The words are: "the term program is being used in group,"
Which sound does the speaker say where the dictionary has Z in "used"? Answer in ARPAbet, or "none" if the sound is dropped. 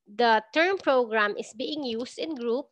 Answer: S